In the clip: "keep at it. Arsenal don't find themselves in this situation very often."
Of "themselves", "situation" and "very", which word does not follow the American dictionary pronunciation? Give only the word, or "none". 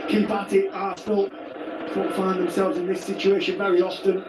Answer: none